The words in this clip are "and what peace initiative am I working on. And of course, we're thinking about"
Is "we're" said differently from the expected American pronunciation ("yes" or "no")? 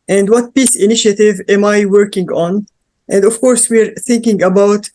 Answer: no